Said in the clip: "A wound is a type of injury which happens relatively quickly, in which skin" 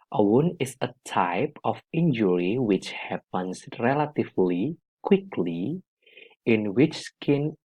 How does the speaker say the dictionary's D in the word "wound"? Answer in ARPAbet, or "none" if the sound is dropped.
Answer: none